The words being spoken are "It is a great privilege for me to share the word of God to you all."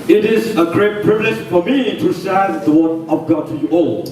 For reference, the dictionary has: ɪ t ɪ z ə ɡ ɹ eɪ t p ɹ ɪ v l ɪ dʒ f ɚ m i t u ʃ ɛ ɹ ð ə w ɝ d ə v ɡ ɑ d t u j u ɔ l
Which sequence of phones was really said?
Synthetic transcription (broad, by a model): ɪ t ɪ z ə ɡ ɹ eɪ t p ɹ ɪ v l ɪ dʒ f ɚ m i t u s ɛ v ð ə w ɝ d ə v ɡ ɑ d t u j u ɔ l